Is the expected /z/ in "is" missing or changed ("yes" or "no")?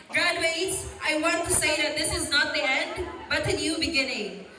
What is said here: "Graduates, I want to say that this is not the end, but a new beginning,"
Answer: no